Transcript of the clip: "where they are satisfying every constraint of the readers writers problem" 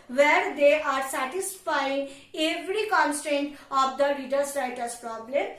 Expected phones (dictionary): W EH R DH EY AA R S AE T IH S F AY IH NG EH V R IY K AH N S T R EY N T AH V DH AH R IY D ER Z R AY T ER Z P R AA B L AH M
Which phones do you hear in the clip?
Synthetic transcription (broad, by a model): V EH R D EY AA R S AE T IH S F AY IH NG EH V R IY K AH N S T R EY N T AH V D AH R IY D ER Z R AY T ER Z P R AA B L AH M